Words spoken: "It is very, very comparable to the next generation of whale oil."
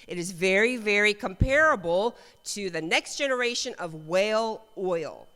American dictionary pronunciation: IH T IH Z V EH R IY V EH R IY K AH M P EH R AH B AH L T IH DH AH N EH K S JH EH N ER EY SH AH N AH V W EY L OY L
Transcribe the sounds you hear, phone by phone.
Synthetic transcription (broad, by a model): IH T IH Z V EH R IY V EH R IY K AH M P EH R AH B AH L T IH DH AH N EH K S JH EH N ER EY SH AH N AH V W EY L OY L